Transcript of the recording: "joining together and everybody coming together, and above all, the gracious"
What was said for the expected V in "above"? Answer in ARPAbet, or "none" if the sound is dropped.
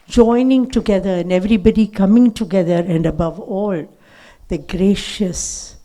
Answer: V